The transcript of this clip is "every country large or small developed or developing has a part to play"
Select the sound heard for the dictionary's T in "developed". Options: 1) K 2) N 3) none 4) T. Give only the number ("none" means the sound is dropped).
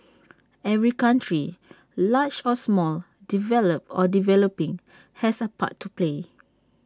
3